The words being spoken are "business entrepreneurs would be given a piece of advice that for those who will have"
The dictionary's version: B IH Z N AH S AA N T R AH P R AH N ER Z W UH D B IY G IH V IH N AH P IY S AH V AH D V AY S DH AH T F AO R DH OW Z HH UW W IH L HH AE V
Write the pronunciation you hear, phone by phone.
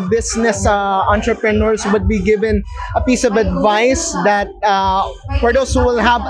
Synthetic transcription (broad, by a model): B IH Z N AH S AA N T R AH P R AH N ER S W UH D B IY G IH V IH N AH P IY S AH V AH D V AY S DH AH T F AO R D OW S HH UW W IH L HH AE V